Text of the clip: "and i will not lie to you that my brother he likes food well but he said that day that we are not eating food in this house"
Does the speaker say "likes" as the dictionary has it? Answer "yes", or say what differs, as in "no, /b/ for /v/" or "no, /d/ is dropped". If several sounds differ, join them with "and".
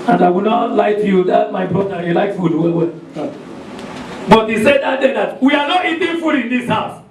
no, /s/ is dropped